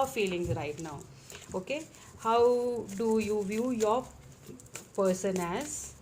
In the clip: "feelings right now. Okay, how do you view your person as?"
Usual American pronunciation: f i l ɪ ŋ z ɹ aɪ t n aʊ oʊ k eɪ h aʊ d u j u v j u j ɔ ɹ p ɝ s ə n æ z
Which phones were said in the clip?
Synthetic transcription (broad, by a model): f i l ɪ ŋ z ɹ aɪ t n aʊ oʊ k eɪ h aʊ d u j u v j u j ɔ ɹ p ɝ s ə n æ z